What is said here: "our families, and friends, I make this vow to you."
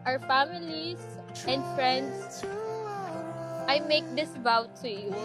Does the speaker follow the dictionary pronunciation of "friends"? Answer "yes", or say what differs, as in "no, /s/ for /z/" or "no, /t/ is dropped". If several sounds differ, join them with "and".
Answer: no, /s/ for /z/